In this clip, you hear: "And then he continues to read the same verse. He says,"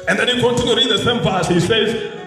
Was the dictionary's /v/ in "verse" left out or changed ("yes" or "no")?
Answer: yes